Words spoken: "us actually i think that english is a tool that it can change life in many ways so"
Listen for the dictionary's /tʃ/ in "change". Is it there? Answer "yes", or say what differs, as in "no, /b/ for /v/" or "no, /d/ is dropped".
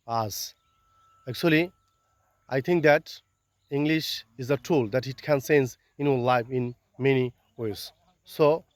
no, /s/ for /tʃ/